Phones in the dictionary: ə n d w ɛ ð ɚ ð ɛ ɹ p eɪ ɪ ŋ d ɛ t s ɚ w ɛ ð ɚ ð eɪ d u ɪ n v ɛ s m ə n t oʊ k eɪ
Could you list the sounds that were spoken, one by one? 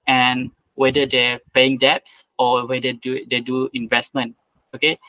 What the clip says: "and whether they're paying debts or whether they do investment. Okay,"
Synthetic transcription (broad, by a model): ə n w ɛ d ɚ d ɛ p eɪ ɪ ŋ d ɛ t s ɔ w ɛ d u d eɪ d u ɪ n v ɛ s m ə n t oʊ k eɪ